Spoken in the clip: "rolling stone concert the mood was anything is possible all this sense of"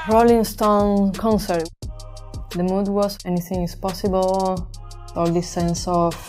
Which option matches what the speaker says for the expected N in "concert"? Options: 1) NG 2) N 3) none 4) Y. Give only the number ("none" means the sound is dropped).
2